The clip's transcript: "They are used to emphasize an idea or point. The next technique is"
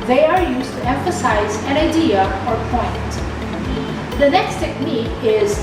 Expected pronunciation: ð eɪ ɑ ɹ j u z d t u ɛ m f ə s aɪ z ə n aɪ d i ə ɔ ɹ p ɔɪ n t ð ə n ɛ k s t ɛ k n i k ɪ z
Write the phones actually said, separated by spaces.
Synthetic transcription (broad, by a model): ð eɪ ɑ ɹ j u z t u ɛ m f ə s aɪ z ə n aɪ d i ə ɔ ɹ p ɔɪ n t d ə n ɛ k s t ɛ k n i k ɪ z